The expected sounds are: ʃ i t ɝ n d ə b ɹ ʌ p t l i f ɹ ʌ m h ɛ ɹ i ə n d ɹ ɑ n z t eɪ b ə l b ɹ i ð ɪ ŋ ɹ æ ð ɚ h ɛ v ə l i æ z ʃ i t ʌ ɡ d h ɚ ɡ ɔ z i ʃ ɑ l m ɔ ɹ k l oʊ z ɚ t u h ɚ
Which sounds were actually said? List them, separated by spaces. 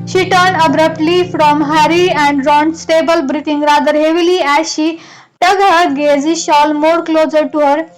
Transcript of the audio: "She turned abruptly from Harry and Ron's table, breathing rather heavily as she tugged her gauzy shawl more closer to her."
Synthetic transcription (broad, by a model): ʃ i t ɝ n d ə b ɹ ʌ p t l i f ɹ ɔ m h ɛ ɹ i ə n d ɹ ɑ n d t eɪ b ə l b ɹ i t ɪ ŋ ɹ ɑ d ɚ h ɛ v ə l i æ ʃ i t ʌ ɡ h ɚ ɡ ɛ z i ʃ ɑ l m ɔ ɹ k l oʊ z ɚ t u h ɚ